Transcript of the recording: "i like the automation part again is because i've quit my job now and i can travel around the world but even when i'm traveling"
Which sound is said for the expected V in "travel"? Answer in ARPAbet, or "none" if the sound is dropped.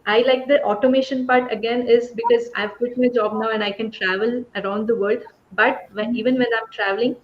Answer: V